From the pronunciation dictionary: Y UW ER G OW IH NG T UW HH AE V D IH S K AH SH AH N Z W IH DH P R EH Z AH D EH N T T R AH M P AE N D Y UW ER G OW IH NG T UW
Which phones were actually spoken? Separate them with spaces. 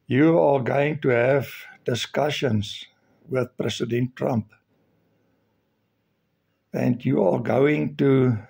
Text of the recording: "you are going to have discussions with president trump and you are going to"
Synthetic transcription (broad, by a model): Y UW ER G OW IH NG T UW HH AE V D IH S K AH SH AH N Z W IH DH P R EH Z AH D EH N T T R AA M P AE N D Y UW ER G OW IH NG T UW